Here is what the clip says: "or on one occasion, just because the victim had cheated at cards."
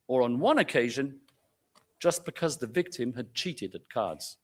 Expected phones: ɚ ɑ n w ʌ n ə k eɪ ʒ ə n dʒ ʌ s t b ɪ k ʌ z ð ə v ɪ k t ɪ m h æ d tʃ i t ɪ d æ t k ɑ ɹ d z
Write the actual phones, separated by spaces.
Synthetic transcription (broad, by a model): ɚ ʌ n w ʌ n ə k eɪ ʒ ə n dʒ ʌ s b ɪ k ʌ z ð ə v ɪ k t ɪ m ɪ d tʃ i t ɪ d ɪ t k ɑ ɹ d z